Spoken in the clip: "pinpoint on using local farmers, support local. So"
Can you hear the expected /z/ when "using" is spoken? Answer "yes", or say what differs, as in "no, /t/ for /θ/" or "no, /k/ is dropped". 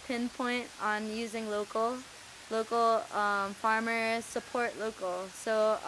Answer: yes